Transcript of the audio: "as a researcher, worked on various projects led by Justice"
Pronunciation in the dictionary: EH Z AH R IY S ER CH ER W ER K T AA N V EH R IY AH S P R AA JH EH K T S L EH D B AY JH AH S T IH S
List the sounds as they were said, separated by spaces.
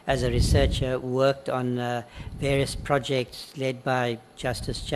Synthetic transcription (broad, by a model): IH Z AH R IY S ER CH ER W ER K T N V EH R IY AH S P R AA JH EH K T S L EH D B AY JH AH S T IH S